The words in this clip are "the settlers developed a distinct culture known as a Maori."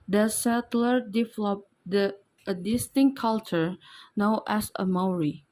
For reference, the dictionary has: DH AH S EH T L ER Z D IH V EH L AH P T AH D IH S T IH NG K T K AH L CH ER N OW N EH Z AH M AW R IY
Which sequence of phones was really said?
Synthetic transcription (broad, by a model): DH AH S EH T L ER D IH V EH L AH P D AH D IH S T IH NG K K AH L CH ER N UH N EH S AH M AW R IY